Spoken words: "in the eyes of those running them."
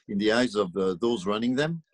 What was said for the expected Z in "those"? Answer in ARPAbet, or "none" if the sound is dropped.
Z